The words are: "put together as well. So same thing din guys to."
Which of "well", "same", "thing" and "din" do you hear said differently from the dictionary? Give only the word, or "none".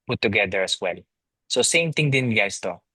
thing